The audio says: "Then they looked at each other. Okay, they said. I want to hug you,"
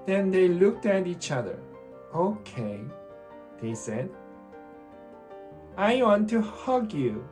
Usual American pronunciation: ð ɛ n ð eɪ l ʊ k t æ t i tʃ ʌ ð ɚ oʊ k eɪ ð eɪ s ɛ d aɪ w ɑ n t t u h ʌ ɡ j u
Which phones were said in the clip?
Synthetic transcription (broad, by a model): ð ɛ n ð eɪ l ʊ k t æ t i tʃ ʌ ð ɚ oʊ k eɪ ð eɪ s ɛ d aɪ w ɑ n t t u h ʌ ɡ j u